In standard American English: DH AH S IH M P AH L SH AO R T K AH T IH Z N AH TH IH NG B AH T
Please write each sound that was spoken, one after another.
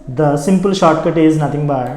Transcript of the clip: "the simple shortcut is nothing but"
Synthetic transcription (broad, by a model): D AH S IH M P AH L SH AO R T K AH T IH Z N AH T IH NG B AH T